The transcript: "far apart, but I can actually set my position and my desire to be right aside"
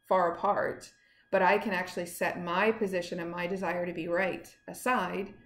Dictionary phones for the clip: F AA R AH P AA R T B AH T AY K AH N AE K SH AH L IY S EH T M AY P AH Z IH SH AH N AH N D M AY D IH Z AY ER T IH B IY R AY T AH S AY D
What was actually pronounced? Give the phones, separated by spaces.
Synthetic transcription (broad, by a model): F AA R AH P AA R T B AH T AY K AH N AE K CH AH L IY S EH T M AY P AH Z IH SH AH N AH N M AY D IH Z AY ER T IH B IY R AY T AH S AY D